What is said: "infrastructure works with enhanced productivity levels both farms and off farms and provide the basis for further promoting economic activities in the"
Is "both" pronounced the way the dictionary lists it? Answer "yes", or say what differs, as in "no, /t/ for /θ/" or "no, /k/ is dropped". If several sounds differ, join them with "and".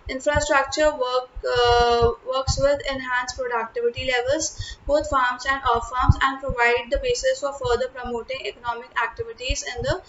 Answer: no, /t/ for /θ/